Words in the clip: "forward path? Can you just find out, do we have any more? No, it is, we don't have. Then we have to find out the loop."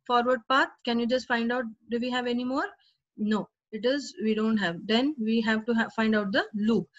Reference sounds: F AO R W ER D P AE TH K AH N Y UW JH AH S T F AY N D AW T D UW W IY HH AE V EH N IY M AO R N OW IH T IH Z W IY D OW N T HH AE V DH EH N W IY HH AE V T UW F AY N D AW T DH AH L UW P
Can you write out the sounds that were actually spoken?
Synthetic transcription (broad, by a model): F AO R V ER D P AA T K AH N Y UW JH AH S T F AY N D AW T D UW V IY HH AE V EH N IY M AO R N OW IH T IH Z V IY D OW N T HH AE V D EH N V IY HH AE V T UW F AY N D AW T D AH L UW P